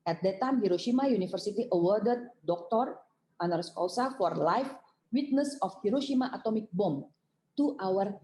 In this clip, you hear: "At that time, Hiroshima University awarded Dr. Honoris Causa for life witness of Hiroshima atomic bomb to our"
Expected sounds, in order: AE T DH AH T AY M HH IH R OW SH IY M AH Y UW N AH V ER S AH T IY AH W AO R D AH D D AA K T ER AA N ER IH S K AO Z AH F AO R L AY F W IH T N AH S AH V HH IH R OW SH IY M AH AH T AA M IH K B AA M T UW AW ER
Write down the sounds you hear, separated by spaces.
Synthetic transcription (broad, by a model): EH T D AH T AY M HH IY R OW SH IY M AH Y UW N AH F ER S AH T IY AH W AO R D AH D D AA K T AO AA N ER S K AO S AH F AO R L AY F W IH T N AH S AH F HH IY R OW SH IY M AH AH T AA M IH K B AA M T UW AW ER